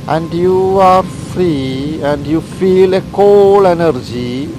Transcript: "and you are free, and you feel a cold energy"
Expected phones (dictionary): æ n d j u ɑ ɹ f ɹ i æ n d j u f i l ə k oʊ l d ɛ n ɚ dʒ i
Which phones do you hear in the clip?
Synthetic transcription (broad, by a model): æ n d j u ɑ ɹ f ɹ i æ n d j u f i l ə k oʊ l ɛ n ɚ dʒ i